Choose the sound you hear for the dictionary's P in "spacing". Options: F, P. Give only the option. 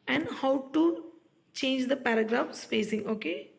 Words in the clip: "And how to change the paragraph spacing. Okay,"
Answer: F